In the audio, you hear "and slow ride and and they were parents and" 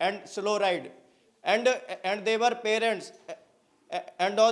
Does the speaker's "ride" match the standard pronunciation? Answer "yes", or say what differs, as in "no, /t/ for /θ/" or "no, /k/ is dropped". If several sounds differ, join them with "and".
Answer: yes